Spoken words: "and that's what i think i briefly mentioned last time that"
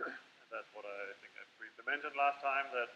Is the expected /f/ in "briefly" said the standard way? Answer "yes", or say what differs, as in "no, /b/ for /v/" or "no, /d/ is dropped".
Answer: no, /p/ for /f/